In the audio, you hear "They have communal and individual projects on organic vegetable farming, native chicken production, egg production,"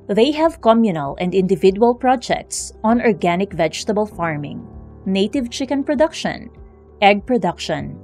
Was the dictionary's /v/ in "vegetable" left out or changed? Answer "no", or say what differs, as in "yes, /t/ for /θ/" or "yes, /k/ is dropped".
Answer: no